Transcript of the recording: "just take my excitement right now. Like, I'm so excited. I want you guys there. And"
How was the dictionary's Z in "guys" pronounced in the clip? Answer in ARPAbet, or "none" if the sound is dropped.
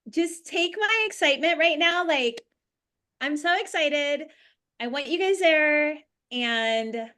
Z